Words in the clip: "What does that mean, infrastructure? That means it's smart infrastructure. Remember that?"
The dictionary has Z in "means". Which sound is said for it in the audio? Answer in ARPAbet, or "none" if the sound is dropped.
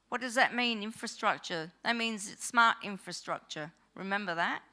Z